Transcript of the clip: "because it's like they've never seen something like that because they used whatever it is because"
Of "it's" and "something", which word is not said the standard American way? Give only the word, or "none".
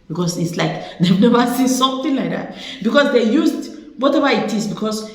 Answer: something